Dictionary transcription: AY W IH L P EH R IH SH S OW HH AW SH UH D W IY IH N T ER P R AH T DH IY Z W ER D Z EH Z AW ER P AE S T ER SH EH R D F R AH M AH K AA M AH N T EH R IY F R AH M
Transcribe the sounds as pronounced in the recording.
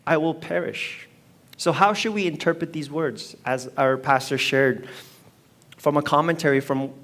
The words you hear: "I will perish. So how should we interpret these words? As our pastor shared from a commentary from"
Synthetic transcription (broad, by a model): AY W IH L P EH R IH SH S OW HH AW SH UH D W IY IH N T ER P R AH T DH IY Z W ER D Z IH Z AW ER P AE S T ER SH EH R D F R AH M AH K AA M AH N T EH R IY F R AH M